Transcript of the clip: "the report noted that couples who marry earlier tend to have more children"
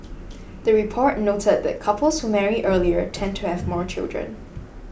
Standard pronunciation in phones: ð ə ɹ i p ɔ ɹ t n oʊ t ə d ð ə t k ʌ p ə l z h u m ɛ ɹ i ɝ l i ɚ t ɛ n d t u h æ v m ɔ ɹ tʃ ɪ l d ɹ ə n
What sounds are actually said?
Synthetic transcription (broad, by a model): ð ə ɹ i p ɔ ɹ t n oʊ t ə d ð ə t k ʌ p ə l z h u m ɛ ɹ i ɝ l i ɚ t ɛ n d t u h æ v m ɔ ɹ tʃ ɪ l d ɹ ə n